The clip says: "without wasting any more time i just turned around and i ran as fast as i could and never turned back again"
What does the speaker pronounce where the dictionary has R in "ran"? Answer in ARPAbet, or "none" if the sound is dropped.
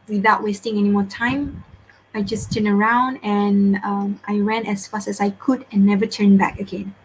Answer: W